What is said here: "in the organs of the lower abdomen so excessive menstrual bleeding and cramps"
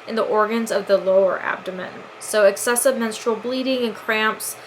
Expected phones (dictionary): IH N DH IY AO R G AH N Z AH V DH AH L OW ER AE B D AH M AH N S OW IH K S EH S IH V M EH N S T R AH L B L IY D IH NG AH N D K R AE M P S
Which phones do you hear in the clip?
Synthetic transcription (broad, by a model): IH N DH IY AO R G AH N Z AH V DH AH L OW ER AE B D AH M AH N S OW IH K S EH S IH V M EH N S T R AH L B L IY D IH NG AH N K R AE M P S